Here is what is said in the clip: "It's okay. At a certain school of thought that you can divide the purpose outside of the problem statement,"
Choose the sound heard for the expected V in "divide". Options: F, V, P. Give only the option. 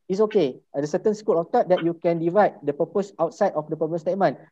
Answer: V